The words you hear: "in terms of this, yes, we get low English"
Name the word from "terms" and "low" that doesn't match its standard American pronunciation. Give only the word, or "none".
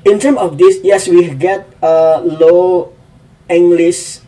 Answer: terms